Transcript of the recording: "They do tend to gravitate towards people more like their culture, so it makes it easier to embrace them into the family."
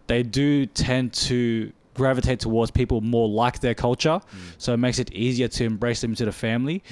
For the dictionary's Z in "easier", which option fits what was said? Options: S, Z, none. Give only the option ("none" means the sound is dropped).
Z